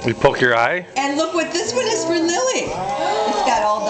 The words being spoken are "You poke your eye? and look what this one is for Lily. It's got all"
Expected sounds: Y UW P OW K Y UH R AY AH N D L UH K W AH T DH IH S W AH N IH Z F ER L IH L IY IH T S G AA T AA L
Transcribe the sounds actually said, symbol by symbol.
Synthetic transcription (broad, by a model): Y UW P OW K Y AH R AY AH N L UH K W AH T DH IH S W AH N IH Z F ER L IH L IY IH T S G AA T AA L